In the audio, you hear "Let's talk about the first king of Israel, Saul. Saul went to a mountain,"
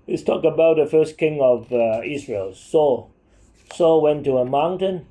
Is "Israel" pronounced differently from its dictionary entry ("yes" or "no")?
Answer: yes